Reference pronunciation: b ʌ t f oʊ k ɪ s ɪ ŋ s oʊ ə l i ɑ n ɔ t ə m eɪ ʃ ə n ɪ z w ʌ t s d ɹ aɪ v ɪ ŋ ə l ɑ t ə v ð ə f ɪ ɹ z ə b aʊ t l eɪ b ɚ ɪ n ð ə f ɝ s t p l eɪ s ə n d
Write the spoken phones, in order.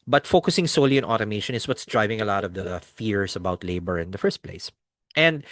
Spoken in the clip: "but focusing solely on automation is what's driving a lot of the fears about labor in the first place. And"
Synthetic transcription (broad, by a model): b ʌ t f oʊ k ɪ s ɪ ŋ s oʊ l i ɑ n ɔ t ə m eɪ ʃ ə n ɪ s w ʌ t s d ɹ aɪ v ɪ ŋ ə l ɑ t ə v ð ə f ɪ ɹ s ə b aʊ t l eɪ b ɚ ɪ n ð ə f ɝ s t p l eɪ s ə n d